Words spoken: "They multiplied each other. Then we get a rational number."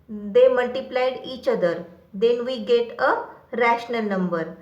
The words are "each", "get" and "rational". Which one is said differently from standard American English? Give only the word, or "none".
none